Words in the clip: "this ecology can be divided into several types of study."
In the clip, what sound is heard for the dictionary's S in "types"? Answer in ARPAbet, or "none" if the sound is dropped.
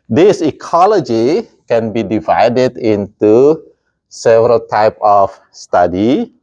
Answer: none